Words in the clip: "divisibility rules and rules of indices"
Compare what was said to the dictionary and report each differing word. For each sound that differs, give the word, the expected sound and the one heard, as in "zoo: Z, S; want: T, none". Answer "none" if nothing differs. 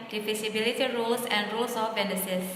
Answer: rules: Z, S; rules: Z, S; of: V, B